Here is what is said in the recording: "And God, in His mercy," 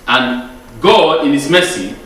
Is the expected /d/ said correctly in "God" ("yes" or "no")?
no